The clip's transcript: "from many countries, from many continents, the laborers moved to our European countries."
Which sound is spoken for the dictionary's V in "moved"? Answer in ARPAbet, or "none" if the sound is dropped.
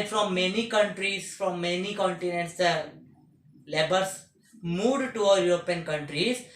none